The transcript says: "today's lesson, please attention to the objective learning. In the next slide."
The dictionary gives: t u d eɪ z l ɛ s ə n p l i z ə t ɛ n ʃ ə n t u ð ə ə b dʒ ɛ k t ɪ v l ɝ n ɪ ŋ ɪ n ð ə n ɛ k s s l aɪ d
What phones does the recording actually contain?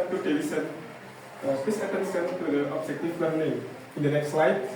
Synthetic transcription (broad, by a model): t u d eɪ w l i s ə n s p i s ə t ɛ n s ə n t u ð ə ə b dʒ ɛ k t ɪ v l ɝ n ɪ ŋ ɪ n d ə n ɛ k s s l aɪ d